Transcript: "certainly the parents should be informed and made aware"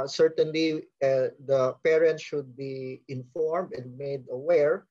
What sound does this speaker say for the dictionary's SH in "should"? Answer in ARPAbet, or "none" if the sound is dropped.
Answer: SH